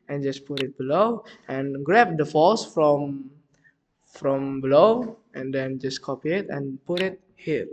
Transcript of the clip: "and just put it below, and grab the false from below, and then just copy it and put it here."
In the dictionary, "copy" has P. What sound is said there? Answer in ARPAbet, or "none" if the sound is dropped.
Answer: P